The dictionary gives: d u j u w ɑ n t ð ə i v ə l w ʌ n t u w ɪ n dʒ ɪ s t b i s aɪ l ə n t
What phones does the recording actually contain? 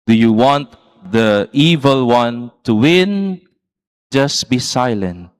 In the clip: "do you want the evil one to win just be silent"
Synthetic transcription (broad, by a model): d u j u w ɑ n t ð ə i v ə l w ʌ n t u w ɪ n dʒ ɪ s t b i s aɪ l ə n t